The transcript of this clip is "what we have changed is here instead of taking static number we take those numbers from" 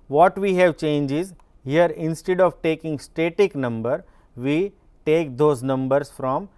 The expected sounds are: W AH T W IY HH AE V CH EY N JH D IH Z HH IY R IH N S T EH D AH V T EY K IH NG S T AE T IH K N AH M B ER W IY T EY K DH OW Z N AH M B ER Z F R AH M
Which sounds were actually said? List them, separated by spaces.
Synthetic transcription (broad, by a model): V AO T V IY HH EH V CH EY N JH IH Z HH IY R IH N S T EH D AH V T EY K IH NG S T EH T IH K N AH M B ER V IY T EY K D OW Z N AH M B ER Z F R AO M